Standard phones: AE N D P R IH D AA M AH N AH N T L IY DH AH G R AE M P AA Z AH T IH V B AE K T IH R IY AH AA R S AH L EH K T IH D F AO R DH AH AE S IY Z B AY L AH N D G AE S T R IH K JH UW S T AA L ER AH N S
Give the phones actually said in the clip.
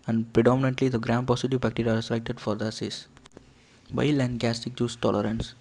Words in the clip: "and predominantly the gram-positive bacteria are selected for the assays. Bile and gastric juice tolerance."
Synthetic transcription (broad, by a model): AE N D P R IH D AA M AH N AH N T L IY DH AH G R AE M P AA S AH T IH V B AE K T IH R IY AA R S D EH K T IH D F AO R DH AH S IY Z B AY L AH N D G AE S T IH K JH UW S T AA L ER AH N S